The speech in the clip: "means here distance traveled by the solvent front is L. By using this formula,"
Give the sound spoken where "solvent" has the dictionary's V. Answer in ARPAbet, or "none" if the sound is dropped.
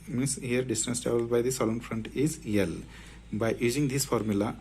none